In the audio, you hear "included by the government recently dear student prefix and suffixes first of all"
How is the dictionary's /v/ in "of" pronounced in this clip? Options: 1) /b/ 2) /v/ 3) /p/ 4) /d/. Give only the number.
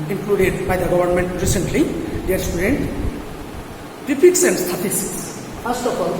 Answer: 3